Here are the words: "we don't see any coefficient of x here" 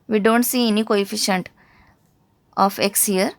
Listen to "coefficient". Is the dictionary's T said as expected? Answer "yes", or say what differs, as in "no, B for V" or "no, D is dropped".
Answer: yes